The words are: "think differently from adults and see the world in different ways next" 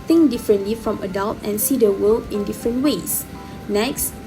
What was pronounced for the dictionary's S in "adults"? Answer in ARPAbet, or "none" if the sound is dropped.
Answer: none